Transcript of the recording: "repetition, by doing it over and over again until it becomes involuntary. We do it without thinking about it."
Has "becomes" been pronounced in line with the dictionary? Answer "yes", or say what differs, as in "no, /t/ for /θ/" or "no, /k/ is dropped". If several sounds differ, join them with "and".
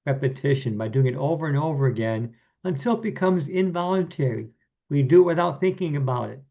yes